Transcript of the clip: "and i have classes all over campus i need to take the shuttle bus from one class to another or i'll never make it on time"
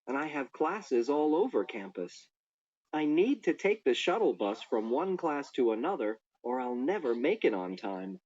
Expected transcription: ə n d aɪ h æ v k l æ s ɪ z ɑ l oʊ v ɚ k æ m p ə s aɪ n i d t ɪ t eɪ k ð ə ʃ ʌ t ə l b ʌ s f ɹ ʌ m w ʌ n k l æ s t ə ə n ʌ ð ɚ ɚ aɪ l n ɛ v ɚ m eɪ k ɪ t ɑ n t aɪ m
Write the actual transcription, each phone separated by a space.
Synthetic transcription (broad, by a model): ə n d aɪ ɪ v k l æ s ɪ z ɑ l oʊ v ɚ k æ m p ə s aɪ n i d t ɪ t eɪ k ð ə ʃ ʌ t l b ʌ s f ɹ ʌ m w ʌ n k l æ s t ə ə n ʌ ð ɚ ɚ aɪ l n ɛ v ɚ m eɪ k ɪ t n t aɪ m